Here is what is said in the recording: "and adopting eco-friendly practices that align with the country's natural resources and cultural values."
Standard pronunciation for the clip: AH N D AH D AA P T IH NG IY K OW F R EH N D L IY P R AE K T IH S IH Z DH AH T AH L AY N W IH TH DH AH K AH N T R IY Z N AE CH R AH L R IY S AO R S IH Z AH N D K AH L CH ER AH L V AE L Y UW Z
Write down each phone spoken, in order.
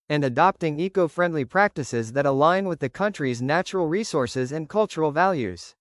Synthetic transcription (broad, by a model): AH N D AH D AA P T IH NG IY K OW F R EH N D L IY P R AE K T IH S IH Z DH AH T AH L AY N W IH DH AH K AH N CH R IY Z N AE CH R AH L R IY S AO R S IH Z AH N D K AH L CH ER L V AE L Y UW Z